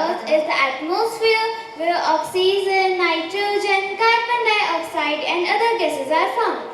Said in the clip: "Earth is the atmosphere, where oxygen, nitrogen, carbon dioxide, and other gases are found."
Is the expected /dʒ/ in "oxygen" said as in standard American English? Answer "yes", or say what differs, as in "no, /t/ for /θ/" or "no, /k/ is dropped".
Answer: no, /z/ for /dʒ/